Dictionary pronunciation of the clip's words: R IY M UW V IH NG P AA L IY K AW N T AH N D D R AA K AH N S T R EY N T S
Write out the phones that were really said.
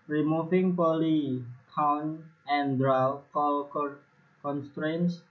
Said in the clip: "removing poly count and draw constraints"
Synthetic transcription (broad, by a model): R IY M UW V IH NG P AA L IY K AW N AH N D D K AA K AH N S T R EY N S